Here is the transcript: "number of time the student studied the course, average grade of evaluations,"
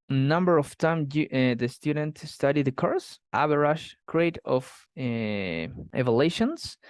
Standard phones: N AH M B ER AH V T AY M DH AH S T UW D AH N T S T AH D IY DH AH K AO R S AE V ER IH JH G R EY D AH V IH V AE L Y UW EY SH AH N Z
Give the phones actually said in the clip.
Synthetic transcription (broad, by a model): N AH M B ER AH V T AY M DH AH S T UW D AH N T S T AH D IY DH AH K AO R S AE B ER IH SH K R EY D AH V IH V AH L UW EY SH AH N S